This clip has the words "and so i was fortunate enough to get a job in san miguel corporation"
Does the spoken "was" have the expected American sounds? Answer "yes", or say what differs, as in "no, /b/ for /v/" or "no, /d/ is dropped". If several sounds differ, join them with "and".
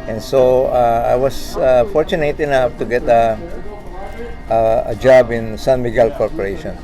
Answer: no, /s/ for /z/